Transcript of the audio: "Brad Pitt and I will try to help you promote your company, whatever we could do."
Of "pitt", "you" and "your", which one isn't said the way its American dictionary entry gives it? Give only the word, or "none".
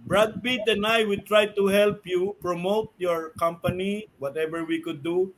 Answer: pitt